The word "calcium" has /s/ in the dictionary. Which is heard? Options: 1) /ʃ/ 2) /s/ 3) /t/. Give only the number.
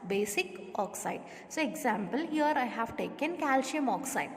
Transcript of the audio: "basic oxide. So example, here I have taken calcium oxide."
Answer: 1